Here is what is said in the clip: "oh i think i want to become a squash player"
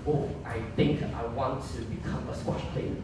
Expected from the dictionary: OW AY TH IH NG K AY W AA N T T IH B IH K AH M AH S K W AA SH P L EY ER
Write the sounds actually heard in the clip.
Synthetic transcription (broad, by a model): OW AY TH IH NG K AY W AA N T T IH B IH K AH M AH S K W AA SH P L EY